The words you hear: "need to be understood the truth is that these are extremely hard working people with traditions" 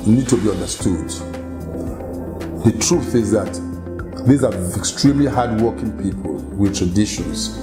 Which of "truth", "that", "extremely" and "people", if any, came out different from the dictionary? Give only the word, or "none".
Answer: none